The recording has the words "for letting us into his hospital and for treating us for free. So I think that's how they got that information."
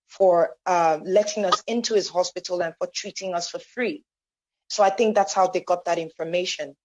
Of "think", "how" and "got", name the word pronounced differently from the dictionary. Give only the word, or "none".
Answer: none